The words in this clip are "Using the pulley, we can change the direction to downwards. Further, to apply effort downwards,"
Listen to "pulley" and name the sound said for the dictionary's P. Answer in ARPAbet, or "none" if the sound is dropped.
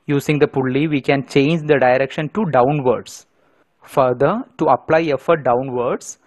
P